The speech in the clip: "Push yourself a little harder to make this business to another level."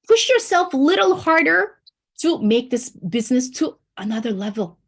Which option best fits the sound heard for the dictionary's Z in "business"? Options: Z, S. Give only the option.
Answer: Z